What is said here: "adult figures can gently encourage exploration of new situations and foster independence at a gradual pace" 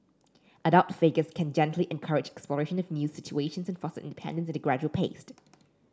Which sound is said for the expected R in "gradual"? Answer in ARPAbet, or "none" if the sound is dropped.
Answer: R